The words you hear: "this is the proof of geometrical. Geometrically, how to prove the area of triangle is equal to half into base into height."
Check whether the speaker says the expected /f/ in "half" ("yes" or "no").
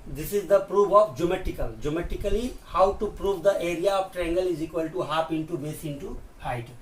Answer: no